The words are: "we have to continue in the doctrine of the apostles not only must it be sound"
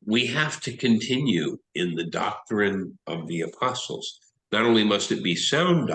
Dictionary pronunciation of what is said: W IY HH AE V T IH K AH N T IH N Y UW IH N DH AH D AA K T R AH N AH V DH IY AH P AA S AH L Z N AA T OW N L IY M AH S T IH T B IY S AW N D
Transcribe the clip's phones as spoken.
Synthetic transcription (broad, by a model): W IY HH AE F T IH K AH N T IH N Y UW IH N DH AH D AA K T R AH N AH V DH IY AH P AA S L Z N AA T OW N L IY M AH S T IH T B IY S AW N D